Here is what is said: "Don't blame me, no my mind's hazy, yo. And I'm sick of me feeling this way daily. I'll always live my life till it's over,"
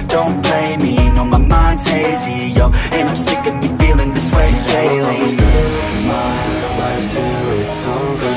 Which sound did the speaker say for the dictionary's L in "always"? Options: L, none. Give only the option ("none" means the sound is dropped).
none